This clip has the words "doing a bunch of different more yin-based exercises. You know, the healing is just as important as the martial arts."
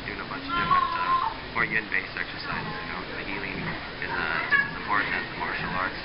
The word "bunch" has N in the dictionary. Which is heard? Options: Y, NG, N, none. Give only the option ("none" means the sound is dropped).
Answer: none